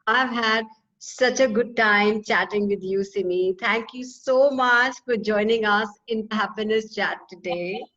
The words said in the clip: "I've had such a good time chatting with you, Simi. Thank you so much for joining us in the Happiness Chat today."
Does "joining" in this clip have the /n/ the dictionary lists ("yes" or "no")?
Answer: yes